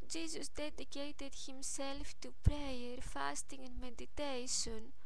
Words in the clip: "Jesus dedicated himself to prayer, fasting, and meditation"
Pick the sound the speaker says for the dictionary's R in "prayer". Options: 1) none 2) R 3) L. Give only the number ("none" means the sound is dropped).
2